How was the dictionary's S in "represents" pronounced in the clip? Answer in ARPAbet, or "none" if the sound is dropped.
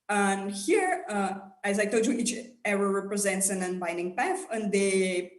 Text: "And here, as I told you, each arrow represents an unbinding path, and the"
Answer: S